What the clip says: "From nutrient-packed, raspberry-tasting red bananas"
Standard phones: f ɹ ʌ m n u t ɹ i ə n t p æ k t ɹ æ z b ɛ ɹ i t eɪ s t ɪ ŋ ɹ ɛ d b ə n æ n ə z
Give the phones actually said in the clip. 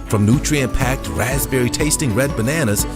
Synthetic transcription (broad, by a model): f ɹ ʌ m n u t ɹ i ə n p æ k t ɹ æ z b ɛ ɹ i t eɪ s t ɪ ŋ ɹ ɛ d b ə n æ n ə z